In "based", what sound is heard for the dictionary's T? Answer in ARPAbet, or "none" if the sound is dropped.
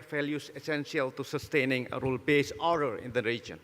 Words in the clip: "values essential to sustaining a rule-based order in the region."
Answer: none